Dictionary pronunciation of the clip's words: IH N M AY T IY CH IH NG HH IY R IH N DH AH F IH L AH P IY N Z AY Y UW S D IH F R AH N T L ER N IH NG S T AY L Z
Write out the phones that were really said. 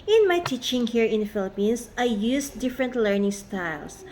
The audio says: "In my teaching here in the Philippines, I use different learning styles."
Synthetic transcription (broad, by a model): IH N M AY T IY CH IH NG HH IY R IH N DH F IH L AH P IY N S AY Y UW S D IH F R AH N T L ER N IH NG S T AY L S